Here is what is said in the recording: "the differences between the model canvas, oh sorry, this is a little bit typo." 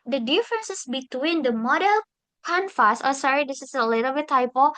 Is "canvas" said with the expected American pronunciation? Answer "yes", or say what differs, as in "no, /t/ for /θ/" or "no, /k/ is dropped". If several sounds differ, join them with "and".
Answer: no, /f/ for /v/